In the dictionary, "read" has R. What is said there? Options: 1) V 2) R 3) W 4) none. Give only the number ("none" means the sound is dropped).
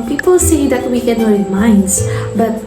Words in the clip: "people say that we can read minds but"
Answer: 3